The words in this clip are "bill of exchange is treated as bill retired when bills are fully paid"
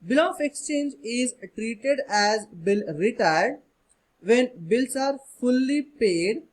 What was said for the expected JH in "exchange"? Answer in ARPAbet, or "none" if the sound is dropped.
JH